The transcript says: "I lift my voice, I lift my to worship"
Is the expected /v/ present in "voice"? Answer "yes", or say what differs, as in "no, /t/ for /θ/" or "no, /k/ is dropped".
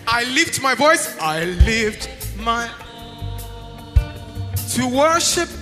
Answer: yes